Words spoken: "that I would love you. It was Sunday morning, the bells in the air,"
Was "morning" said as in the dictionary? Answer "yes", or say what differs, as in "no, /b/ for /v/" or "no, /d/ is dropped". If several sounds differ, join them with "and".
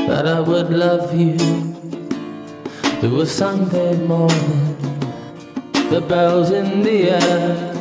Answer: no, /n/ is dropped